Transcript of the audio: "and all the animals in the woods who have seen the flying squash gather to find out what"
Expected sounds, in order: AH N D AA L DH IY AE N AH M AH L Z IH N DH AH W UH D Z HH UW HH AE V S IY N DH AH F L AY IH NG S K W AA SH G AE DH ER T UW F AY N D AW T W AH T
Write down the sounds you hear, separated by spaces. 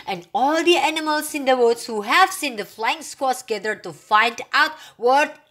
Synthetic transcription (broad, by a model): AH N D AA L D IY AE N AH M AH L S IH N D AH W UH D S HH UW HH AE V S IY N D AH F L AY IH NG S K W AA S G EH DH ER T UW F AY N D AW T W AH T